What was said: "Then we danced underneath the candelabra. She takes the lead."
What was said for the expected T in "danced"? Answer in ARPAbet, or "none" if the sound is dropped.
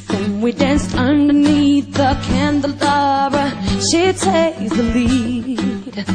T